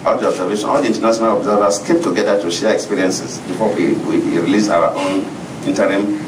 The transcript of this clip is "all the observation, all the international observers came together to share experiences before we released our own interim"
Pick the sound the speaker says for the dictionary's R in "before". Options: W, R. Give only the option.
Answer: W